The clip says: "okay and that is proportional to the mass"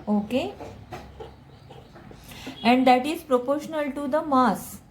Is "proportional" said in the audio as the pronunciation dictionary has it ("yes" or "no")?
yes